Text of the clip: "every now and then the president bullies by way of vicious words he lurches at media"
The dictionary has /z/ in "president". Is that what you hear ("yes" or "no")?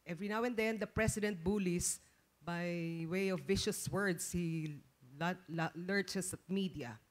no